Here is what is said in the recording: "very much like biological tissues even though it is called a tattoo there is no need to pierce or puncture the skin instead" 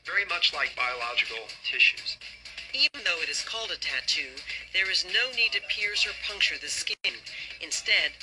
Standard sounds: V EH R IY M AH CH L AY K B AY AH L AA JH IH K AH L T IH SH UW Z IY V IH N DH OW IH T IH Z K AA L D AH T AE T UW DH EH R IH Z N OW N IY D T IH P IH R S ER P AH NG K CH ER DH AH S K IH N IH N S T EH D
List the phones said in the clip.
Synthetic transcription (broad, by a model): V EH R IY M AH CH L AY K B AY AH L AA JH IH K L T IH SH UW Z IY V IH N DH OW IH T IH Z K AA L D AH T AE T UW DH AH R IH Z N OW N IY D T IH P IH R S ER P AH NG K CH ER DH AH S K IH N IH N S T EH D